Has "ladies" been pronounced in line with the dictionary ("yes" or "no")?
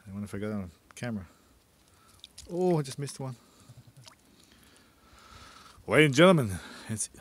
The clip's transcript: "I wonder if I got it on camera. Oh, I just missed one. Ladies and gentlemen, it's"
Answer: no